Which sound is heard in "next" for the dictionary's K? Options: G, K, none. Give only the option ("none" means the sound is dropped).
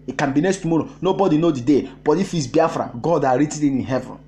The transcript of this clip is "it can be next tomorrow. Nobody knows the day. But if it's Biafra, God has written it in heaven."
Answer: none